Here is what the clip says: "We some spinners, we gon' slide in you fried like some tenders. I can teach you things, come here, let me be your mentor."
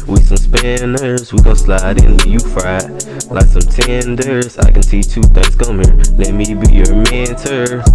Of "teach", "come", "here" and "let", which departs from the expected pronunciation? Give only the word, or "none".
teach